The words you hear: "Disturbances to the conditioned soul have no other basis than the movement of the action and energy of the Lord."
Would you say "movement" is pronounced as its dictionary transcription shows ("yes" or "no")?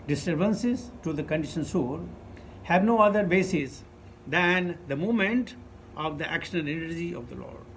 no